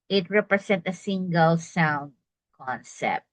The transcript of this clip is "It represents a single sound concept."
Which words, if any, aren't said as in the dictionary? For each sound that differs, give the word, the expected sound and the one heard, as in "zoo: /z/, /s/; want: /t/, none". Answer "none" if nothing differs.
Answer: represents: /z/, /s/; represents: /s/, none